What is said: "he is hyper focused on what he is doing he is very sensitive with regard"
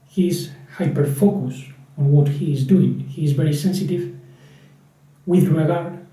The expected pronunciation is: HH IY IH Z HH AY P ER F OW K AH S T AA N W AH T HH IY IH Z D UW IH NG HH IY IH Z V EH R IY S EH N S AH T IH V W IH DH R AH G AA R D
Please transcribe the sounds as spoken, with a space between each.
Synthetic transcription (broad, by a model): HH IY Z HH AY P ER F OW K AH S AA N W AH T HH IY IH Z D UW IH NG HH IY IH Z V EH R IY S EH N S AH T IH V W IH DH R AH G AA R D